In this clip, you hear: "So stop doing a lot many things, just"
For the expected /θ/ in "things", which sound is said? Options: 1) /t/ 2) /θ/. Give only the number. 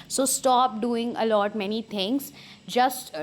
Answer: 1